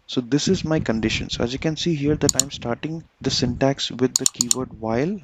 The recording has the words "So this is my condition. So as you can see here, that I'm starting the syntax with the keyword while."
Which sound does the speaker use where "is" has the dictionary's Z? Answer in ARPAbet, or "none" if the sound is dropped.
Z